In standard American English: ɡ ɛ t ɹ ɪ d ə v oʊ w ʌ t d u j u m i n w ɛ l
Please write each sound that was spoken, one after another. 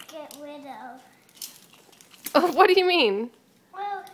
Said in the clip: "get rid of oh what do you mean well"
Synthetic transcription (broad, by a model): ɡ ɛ t w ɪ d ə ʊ oʊ w ʌ t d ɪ j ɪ m i n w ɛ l